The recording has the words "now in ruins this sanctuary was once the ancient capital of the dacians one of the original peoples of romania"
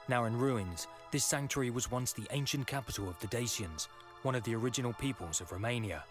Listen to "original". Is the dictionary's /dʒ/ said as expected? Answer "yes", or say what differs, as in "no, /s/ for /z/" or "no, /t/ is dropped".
yes